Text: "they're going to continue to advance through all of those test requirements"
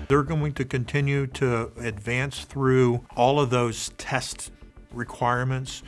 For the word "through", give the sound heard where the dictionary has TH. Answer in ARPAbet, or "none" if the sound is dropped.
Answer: TH